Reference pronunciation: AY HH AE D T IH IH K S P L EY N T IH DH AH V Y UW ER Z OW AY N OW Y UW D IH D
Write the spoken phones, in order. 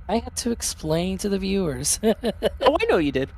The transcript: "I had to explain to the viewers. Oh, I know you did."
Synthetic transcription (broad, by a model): AY HH AE D T IH IH K S P L EY N T IH DH AH V Y UW ER Z OW AY N OW Y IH D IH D